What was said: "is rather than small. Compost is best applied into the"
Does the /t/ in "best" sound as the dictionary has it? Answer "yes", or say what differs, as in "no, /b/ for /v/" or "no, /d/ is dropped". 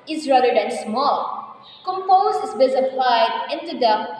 no, /t/ is dropped